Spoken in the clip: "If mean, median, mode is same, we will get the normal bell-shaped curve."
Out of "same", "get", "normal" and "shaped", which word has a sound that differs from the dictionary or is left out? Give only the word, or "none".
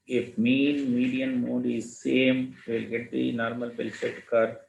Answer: shaped